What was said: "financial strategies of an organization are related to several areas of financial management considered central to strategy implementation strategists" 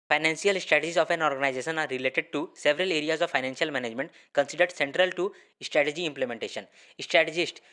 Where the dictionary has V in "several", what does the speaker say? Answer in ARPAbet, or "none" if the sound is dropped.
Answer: V